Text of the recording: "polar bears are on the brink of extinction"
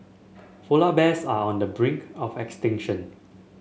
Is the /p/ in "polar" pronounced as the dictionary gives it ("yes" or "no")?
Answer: no